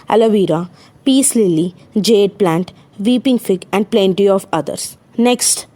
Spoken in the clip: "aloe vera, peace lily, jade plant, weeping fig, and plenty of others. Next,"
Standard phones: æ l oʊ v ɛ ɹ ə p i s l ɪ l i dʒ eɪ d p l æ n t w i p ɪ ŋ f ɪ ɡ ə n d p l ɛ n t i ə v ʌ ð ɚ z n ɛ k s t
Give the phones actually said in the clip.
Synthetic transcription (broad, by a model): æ l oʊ v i ɹ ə p i s l ɪ l i dʒ eɪ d p l æ n t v i p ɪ ŋ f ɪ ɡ ə n d p l ɛ n t i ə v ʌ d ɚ s n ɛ k s t